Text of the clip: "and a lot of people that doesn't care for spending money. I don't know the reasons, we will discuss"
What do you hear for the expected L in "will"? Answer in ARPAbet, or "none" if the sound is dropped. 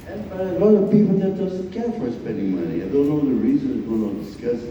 N